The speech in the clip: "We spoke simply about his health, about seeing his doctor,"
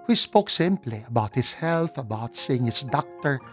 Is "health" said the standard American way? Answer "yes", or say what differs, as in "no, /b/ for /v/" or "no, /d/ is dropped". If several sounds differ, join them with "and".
yes